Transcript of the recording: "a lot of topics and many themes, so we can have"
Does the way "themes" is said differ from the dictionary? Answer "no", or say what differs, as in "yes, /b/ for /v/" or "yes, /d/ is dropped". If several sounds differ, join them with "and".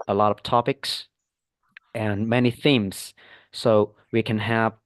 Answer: no